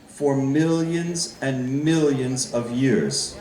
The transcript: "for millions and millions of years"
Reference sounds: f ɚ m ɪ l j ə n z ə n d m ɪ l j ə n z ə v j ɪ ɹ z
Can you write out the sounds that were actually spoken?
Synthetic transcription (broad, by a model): f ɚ m ɪ l j ə n z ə n m ɪ l j ə n z ə v j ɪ ɹ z